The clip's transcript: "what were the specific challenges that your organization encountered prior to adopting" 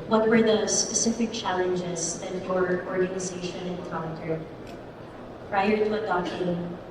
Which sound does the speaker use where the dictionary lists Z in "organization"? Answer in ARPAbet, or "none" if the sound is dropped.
Z